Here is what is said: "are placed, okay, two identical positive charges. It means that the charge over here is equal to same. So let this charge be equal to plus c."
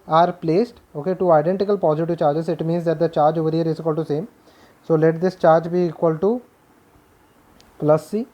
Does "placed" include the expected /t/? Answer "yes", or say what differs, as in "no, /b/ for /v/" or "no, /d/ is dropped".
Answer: yes